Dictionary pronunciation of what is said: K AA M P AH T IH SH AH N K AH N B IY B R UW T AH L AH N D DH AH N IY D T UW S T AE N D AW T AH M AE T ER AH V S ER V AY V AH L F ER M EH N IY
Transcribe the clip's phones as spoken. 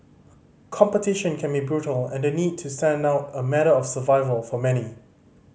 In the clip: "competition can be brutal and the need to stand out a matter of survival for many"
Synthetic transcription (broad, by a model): K AA M P AH T IH SH AH N K AH N B IY B R UW T AH L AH N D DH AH N IY D T UW S T AE N D AW T AH M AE T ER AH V S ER V AY V AH L F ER M EH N IY